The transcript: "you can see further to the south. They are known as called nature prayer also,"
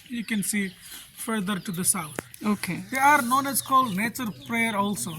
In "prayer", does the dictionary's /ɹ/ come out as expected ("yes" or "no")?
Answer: yes